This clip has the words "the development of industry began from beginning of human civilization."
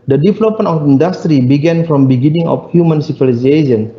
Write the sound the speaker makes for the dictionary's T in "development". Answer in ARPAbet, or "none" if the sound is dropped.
none